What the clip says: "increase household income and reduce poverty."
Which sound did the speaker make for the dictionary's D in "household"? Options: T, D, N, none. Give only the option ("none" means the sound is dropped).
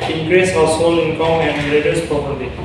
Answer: none